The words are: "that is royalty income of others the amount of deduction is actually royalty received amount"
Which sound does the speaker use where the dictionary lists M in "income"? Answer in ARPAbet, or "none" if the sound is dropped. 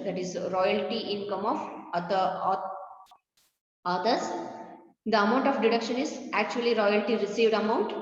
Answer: M